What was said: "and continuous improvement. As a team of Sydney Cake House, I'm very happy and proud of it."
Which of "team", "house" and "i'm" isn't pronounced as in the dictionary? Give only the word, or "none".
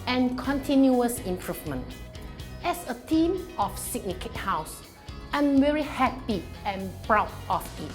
none